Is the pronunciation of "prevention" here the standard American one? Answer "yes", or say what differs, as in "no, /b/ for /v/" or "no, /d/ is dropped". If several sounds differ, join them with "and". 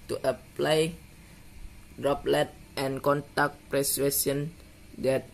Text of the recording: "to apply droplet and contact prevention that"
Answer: no, /w/ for /v/